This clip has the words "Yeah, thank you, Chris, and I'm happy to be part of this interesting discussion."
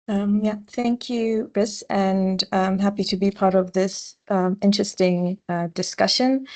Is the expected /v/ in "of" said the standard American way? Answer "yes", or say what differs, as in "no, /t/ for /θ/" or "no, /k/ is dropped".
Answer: yes